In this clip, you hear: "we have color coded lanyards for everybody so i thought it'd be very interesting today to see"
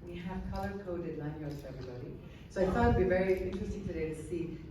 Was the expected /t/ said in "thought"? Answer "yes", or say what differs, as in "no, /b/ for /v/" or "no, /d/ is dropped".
no, /t/ is dropped